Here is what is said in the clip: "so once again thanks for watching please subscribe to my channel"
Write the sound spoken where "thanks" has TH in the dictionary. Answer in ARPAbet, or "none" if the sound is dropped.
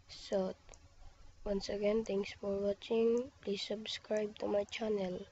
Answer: T